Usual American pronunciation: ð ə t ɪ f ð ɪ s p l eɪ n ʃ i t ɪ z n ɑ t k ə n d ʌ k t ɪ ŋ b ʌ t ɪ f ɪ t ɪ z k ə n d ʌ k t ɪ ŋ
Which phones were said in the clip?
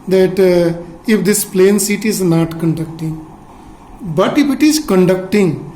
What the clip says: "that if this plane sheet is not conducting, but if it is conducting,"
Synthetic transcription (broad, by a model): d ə t ɪ f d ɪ s p l eɪ n s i t ɪ z n ɑ t k ə n d ʌ k t ɪ ŋ b ʌ t ɪ f ɪ t ɪ z k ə n d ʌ k t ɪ ŋ